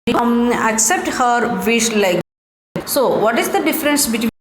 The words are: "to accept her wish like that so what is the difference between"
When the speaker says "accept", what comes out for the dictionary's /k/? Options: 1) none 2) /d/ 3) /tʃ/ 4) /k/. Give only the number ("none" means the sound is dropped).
4